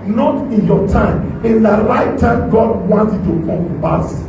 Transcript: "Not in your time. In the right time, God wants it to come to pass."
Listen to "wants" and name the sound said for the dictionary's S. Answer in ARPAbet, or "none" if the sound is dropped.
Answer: none